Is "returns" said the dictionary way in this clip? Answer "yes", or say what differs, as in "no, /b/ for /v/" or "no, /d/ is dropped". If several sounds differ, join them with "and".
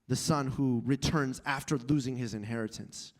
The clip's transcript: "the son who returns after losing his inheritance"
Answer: yes